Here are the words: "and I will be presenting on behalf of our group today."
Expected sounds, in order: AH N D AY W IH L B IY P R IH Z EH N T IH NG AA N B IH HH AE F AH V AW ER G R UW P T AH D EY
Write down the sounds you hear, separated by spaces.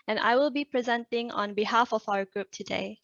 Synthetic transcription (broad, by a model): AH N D AY W IH L B IY P R IH Z EH N T IH NG AA N B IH HH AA F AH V AW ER G R UW P T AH D EY